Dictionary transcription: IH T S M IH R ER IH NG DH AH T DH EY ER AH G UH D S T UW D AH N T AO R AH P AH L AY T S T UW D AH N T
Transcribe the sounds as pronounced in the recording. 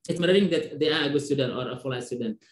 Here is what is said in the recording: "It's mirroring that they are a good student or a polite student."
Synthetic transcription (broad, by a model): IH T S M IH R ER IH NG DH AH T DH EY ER AH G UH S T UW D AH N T AO R AH F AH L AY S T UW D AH N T